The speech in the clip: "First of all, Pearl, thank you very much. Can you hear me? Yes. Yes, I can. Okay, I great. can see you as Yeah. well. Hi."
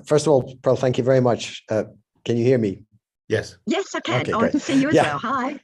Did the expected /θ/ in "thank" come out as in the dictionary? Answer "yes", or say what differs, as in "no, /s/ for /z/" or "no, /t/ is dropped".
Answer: yes